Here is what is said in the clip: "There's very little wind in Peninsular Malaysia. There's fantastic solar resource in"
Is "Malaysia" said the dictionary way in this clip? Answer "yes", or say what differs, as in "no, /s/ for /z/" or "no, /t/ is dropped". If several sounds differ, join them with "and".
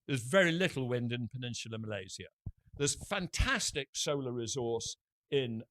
no, /z/ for /ʒ/